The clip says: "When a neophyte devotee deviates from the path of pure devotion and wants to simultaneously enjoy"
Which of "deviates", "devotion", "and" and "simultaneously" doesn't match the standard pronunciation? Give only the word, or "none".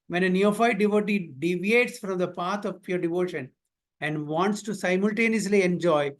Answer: none